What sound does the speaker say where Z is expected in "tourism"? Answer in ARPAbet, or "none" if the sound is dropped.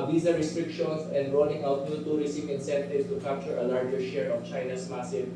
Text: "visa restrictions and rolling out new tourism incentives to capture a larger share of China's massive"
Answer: S